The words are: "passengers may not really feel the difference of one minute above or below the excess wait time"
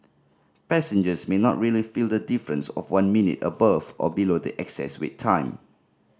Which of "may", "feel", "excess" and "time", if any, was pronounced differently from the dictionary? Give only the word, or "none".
none